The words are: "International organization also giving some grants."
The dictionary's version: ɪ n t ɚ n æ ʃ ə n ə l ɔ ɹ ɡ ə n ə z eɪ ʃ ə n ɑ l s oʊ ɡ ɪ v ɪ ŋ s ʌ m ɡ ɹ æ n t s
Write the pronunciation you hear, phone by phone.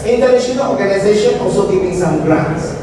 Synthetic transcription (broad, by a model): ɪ n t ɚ n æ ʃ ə n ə l ɔ ɹ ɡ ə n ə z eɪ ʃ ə n ɑ l s oʊ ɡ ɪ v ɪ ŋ s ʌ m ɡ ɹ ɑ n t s